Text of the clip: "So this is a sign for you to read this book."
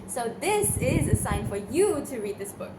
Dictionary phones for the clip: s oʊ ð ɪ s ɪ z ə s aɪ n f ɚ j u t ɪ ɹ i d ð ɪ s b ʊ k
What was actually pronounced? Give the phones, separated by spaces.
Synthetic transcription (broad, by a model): s oʊ ð ɪ s ɪ z ə s aɪ n f ɚ j u t ɪ ɹ i d ð ɪ s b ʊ k